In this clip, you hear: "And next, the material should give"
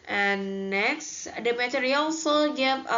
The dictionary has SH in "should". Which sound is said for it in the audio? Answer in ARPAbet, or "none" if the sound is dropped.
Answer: S